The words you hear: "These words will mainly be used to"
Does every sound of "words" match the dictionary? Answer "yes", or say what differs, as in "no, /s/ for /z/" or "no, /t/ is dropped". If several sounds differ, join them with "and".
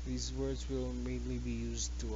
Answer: yes